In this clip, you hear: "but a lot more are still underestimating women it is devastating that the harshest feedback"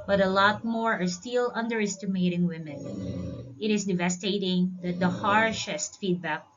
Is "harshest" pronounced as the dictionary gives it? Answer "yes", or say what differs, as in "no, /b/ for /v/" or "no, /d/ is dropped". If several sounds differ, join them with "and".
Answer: yes